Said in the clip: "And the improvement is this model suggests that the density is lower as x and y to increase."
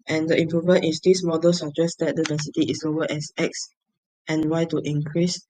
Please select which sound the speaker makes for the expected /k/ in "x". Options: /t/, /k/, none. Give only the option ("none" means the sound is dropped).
/k/